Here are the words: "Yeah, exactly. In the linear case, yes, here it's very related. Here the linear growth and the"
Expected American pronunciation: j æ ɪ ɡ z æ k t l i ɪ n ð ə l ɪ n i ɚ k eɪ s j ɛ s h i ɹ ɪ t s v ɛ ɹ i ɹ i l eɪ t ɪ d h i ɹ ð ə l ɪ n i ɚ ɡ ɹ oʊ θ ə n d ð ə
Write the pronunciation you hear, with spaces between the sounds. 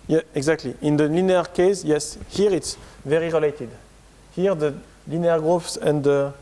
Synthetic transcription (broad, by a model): j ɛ ɪ ɡ z æ k t l i ɪ n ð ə l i n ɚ k eɪ s j ɛ s h i ɹ ɪ t s v ɛ ɹ i ɹ i l eɪ t ɪ d h i ɹ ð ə l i n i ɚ ɡ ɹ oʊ s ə n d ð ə